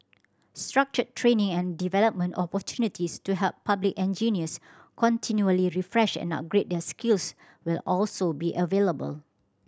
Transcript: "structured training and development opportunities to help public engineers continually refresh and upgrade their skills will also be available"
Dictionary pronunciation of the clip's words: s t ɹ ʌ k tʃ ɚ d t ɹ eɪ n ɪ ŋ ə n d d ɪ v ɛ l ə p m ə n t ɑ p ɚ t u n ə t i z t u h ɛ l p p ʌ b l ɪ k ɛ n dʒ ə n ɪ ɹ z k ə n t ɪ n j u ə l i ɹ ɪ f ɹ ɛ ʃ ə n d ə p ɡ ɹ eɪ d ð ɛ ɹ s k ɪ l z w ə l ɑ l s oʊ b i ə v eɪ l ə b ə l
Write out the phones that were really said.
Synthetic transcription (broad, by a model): s t ɹ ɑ k tʃ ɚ t ɹ eɪ n ɪ ŋ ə n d d ɪ v ɛ l ə p m ə n t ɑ p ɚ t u n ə t i s t u h ɛ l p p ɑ b l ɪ k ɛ n dʒ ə n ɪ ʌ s k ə n t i n j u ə l i ɹ ɪ f ɹ ɛ ʃ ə n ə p ɡ ɹ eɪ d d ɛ s k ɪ l s w ə l ɑ l s oʊ b i ə v eɪ l ə b ə l